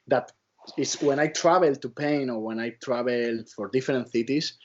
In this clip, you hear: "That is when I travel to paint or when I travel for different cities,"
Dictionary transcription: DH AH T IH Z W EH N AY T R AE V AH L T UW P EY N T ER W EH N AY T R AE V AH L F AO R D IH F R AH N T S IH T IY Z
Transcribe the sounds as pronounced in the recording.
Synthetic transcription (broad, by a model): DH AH T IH S W EH N AY T R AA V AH L T UW P EY N AO W EH N AY T R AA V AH L F AO R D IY F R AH N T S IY T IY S